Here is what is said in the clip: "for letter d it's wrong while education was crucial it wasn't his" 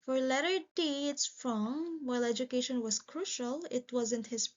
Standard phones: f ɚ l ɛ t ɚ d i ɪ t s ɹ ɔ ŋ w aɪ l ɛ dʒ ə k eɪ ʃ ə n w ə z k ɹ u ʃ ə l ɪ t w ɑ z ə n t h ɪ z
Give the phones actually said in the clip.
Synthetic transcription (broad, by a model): f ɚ l ɛ t ɚ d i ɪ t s ɹ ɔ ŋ w aɪ l ɛ dʒ ə k eɪ ʃ ə n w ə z k ɹ u ʃ ə l ɪ t w ɑ z ə n t h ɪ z